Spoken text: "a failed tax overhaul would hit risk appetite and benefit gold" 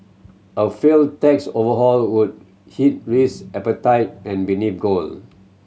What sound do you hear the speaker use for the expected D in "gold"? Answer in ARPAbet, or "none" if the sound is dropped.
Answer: none